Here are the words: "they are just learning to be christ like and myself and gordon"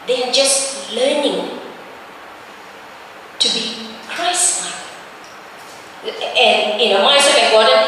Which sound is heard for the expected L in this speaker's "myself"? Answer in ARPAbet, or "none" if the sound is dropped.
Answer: none